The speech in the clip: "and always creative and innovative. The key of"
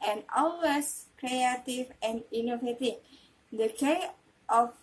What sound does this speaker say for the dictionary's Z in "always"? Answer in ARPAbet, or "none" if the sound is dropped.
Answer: S